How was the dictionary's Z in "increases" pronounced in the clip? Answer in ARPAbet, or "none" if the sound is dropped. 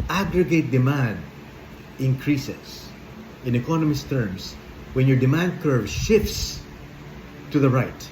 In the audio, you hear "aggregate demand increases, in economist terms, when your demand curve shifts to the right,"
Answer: S